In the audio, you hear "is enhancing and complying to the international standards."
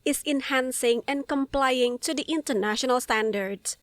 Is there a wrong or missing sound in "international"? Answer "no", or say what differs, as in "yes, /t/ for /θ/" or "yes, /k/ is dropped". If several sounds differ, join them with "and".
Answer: no